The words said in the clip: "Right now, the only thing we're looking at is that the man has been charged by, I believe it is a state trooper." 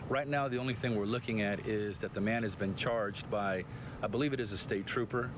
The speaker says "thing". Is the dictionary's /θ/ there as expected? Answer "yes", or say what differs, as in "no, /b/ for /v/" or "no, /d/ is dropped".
yes